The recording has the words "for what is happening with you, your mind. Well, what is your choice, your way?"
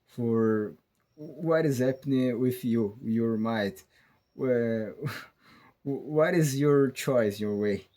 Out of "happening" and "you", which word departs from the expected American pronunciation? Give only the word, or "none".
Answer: none